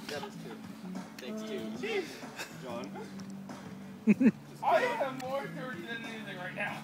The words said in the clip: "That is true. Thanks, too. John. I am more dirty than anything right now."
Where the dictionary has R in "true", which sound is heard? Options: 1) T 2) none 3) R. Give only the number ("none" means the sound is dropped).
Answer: 2